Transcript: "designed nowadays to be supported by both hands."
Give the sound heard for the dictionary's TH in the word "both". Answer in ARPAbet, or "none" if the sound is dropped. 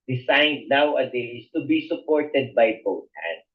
T